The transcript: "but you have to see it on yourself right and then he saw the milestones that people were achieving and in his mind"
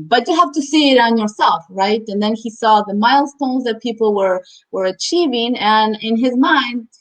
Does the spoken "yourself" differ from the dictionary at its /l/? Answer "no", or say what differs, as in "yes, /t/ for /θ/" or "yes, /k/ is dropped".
no